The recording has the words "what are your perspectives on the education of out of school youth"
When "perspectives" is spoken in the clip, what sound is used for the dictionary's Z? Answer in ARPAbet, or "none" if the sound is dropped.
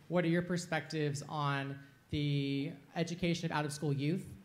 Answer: Z